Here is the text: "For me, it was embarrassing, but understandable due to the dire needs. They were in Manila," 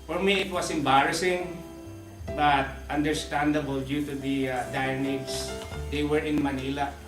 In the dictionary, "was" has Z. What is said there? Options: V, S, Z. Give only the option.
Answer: S